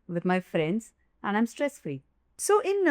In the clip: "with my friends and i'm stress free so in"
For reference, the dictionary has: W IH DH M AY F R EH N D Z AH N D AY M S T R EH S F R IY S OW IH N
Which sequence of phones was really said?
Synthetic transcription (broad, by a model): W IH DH M AY F R EH N D Z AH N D AY M S T R EH S F L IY S OW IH N